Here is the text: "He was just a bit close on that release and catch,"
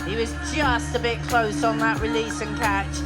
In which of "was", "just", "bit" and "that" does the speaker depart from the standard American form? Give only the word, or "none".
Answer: none